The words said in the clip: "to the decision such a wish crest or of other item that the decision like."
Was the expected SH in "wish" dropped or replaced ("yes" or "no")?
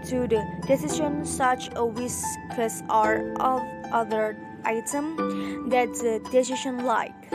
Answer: yes